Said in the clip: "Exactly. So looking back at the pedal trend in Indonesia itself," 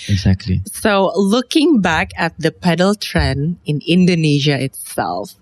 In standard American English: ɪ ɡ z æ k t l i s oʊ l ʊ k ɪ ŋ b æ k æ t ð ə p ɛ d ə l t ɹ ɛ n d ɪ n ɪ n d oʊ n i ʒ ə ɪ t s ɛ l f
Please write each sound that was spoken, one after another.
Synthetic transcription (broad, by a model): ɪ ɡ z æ k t l i s oʊ l ʊ k ɪ ŋ b æ k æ t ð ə p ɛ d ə l t ɹ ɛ n ɪ n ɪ n d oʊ n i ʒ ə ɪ t s ɛ l f